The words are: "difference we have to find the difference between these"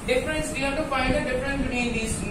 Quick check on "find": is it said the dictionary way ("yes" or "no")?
no